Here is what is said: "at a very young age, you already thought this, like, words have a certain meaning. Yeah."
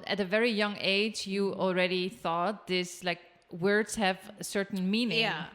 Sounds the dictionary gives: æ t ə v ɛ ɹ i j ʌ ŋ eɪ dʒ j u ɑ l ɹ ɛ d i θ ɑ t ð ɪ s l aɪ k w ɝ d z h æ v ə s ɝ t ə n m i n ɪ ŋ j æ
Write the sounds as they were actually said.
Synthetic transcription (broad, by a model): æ t ə v ɛ ɹ i j ʌ ŋ eɪ dʒ j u ɑ l ɹ ɛ d i θ ɑ t ð ɪ s l aɪ k w ɝ d z h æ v ə s ɝ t n m i n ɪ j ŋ